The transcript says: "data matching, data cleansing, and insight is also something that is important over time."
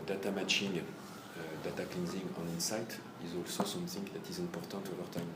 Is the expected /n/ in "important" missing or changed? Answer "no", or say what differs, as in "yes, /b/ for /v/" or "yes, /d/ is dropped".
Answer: yes, /n/ is dropped